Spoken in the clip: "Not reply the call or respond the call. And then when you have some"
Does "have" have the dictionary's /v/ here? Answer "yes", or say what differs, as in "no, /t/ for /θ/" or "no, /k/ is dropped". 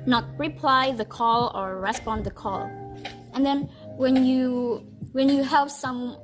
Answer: no, /p/ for /v/